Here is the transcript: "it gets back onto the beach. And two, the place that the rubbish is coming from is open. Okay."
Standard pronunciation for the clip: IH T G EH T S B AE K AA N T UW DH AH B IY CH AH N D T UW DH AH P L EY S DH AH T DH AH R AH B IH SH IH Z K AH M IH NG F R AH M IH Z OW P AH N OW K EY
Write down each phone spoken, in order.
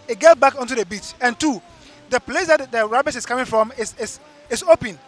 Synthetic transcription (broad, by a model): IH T G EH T B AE K AA N T UW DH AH B IY CH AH N T UW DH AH P L EY S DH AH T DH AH R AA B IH S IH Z K AH M IH NG F R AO M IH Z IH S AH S OW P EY